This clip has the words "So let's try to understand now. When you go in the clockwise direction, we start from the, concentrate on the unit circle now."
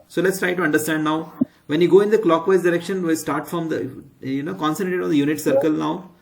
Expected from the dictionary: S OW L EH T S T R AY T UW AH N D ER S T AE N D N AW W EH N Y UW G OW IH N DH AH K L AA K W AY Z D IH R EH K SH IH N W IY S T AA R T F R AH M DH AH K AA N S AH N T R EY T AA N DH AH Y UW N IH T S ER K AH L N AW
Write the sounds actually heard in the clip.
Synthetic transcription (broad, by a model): S OW L EH T S T R AY T UW AH N D ER S T AE N D N AW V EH N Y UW G OW IH N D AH K L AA K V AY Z D IH R EH K SH IH N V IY S T AA R T F R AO M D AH K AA N S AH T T EY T AA N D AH Y UW N IH T S ER K AH L N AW